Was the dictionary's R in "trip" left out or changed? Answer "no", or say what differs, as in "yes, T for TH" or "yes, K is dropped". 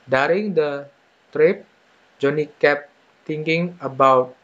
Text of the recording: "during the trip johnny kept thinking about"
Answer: no